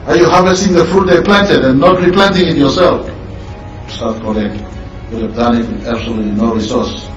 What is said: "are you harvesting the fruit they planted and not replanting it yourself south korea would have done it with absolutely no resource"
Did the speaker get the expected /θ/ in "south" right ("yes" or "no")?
no